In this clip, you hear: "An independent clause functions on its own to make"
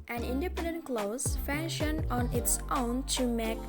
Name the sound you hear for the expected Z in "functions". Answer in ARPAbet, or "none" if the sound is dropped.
none